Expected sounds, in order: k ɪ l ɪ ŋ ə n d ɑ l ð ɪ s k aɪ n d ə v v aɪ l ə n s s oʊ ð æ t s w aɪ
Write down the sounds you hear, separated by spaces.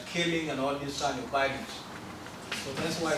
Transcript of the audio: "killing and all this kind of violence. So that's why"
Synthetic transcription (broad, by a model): k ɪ l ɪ ŋ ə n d ɑ l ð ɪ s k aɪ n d ə v b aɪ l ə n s s oʊ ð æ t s w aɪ